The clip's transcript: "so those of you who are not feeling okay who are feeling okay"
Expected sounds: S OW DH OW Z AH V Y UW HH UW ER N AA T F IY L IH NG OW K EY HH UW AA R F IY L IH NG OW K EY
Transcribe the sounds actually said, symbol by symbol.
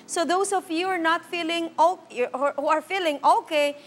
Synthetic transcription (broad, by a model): S OW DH OW S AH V Y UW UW ER N AA T F IY L IH NG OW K HH UW AA R F IY L IH NG OW K EY